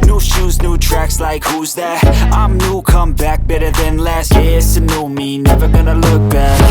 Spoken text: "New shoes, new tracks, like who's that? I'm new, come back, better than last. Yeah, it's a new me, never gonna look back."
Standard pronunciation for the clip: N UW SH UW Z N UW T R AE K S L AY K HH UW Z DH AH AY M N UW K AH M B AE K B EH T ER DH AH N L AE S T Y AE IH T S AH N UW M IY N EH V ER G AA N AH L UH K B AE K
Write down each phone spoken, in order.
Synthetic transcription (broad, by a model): N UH SH UW Z N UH T R AE K S L AY K HH UW Z DH AH AY M N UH K AH M B AE K B EH T ER DH AH N L AE S T Y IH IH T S AH N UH M IY N EH V ER G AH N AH L UH K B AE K